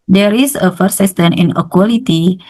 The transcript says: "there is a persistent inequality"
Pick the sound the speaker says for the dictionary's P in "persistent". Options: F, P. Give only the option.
F